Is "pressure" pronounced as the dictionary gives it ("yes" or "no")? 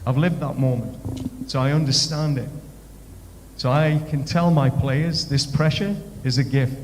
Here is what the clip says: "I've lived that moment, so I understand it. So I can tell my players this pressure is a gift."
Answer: yes